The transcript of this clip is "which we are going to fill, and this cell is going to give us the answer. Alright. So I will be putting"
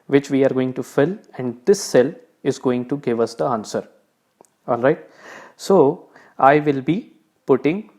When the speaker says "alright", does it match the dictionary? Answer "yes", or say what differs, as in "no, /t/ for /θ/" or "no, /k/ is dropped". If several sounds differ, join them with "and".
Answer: yes